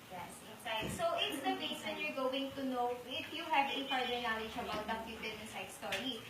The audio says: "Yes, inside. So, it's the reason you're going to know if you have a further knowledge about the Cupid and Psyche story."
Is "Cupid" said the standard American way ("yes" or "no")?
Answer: no